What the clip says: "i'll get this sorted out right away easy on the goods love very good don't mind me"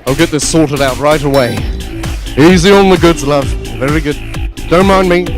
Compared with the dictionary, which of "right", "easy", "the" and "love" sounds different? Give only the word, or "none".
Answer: none